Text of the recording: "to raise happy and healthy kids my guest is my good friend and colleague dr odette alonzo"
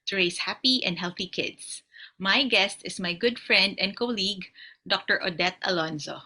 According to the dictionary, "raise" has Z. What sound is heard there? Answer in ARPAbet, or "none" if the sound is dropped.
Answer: S